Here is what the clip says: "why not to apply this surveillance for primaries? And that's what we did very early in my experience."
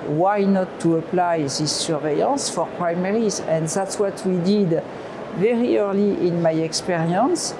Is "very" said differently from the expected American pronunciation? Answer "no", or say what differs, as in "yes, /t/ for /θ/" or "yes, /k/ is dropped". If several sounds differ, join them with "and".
no